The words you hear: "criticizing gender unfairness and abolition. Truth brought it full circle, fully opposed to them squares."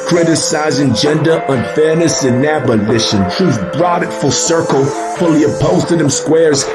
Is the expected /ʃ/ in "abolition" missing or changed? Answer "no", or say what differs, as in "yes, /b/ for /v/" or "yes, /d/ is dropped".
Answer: no